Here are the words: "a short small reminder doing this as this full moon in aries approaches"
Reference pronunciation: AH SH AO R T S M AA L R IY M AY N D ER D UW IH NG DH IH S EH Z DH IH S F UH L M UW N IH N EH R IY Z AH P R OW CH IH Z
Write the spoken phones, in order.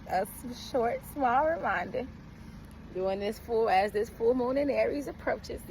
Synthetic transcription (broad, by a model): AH SH AO R T S M AA L R IY M AY N D ER D UW IH NG DH IH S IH Z DH IH S F UH L M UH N IH N EH R IY Z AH P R OW CH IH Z